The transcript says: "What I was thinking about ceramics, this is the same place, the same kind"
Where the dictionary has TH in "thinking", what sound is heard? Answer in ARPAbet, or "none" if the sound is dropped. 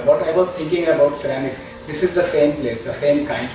T